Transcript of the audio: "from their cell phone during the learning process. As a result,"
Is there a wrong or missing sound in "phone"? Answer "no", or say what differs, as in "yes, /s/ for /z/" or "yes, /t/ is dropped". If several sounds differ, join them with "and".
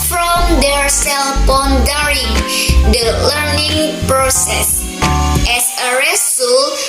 yes, /p/ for /f/